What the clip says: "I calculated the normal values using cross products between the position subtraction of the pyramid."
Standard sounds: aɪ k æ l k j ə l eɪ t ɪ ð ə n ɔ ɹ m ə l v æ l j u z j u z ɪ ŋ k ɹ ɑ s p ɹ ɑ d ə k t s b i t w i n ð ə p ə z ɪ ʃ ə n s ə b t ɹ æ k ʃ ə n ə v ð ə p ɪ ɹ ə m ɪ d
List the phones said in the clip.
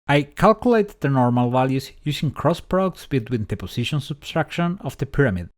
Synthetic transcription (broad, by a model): aɪ k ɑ l k j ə l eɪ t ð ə n ɔ ɹ m ə l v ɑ l j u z j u s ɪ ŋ k ɹ ɑ s p ɹ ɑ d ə k t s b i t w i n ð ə p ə s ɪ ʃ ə n s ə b t ɹ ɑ k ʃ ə n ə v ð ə p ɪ ɹ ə m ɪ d